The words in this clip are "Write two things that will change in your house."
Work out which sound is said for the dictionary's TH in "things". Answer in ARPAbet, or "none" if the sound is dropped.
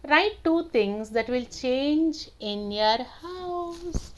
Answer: T